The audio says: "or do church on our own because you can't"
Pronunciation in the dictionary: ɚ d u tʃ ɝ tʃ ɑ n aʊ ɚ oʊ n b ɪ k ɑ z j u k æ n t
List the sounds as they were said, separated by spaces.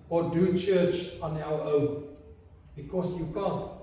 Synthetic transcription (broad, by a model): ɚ d u tʃ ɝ tʃ ɑ n aʊ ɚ oʊ n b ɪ k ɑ s j u k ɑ n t